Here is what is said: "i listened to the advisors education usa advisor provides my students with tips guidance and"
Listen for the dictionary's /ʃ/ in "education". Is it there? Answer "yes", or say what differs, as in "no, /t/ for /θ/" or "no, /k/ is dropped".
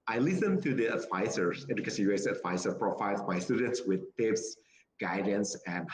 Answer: no, /s/ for /ʃ/